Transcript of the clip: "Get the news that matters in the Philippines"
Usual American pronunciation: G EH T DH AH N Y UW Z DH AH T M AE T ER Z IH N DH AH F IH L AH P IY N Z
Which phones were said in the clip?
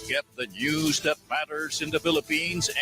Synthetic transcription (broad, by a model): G EH T DH AH N Y UW Z DH AH T M AE T ER Z IH N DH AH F IH L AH P IY N Z